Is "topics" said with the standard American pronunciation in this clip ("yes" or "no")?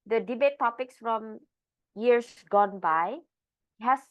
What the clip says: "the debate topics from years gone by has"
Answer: yes